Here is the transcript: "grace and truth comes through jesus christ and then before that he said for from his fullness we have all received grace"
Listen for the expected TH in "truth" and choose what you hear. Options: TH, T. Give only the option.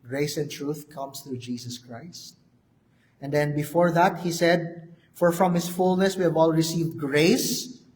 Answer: TH